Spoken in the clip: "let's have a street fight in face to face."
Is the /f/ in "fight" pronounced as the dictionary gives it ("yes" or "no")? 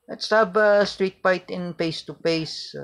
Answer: no